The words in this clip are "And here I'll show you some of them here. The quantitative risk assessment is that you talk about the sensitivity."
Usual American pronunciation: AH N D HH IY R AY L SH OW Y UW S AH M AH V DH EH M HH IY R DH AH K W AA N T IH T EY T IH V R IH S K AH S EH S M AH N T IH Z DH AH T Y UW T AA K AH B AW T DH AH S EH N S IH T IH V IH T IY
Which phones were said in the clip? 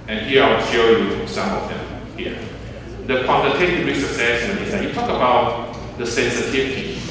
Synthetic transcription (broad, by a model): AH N HH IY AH AY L SH OW Y UW S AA M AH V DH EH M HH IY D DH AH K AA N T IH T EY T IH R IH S AH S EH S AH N IH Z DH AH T Y UW T AA K AH B AW T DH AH S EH N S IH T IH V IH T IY